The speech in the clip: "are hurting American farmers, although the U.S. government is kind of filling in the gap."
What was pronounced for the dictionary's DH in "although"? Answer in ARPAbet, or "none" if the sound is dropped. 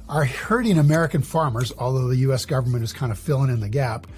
DH